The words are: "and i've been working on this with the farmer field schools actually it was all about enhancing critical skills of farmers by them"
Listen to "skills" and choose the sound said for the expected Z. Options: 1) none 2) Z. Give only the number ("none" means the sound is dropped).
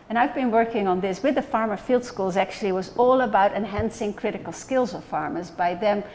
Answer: 2